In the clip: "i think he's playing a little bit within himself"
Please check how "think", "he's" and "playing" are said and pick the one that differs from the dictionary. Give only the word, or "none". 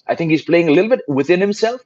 none